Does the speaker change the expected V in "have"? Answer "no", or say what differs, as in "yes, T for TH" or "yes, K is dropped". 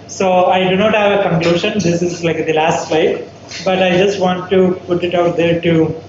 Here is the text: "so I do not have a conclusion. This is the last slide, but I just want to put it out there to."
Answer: no